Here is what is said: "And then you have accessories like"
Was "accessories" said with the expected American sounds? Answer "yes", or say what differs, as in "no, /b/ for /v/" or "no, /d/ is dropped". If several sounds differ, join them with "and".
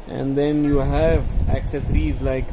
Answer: yes